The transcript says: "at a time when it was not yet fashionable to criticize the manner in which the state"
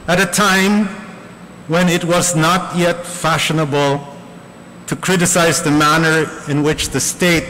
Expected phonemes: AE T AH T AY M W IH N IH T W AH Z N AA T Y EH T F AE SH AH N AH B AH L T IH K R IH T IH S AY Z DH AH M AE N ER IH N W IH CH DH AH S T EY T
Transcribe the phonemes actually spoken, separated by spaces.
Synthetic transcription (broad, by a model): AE T AH T AY M W IH N IH T W AH Z N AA T Y EH T F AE SH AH N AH B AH L T IH K R IH T IH S AY Z DH AH M AE N ER IH N W IH CH DH AH S T EY T